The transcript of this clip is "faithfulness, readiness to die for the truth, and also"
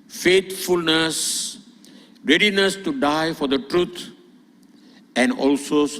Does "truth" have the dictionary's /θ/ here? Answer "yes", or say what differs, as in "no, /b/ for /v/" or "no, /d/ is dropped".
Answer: no, /t/ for /θ/